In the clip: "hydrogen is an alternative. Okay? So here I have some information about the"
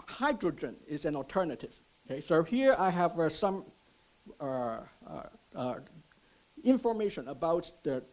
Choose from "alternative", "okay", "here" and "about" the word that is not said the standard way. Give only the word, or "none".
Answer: none